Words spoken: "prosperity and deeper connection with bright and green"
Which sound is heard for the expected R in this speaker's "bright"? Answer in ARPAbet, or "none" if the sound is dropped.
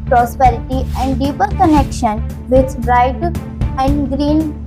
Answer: R